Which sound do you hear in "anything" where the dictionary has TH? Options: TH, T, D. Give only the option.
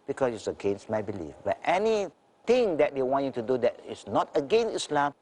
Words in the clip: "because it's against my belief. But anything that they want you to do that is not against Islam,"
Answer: T